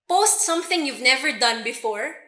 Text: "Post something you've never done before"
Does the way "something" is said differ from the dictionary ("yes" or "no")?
no